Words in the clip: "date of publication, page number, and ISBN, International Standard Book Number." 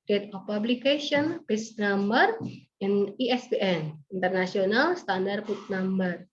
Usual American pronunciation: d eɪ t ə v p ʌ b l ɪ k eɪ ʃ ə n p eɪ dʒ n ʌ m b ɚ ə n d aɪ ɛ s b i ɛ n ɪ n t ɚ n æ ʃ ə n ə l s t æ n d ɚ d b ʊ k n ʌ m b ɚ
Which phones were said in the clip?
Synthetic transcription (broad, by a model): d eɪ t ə f p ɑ b l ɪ k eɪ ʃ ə n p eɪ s n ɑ m b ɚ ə n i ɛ s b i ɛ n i n t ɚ n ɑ s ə n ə l s t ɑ n d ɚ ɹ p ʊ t n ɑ m b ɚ